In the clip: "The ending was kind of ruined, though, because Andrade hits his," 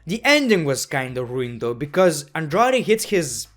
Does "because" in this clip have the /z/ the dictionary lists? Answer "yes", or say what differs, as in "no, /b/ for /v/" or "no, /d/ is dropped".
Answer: yes